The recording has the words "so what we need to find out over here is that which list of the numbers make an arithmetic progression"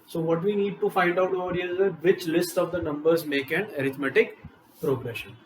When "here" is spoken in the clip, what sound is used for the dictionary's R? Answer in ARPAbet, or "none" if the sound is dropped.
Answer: L